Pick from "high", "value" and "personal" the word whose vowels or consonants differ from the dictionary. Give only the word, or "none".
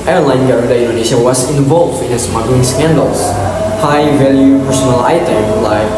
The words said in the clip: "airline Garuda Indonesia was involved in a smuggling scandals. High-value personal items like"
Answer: none